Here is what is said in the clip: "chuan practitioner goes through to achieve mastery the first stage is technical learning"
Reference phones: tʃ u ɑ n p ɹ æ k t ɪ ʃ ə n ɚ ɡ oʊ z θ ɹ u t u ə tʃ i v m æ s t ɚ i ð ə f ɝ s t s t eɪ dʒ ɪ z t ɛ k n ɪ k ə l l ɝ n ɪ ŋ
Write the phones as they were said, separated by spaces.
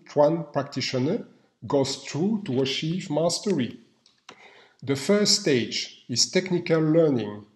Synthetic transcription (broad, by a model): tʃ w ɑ n p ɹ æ k t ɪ ʃ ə n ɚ ɡ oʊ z t ɹ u t u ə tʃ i v m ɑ s t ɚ i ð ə f ɝ s t s t eɪ dʒ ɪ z t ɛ k n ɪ k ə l l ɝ n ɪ ŋ